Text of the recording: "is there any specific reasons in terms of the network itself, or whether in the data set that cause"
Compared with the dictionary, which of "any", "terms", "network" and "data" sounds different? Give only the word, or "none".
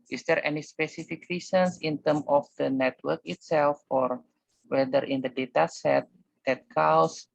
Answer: terms